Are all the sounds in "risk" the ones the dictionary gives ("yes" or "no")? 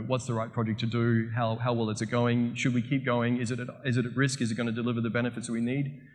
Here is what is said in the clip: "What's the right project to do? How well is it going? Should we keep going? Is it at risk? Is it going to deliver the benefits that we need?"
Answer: yes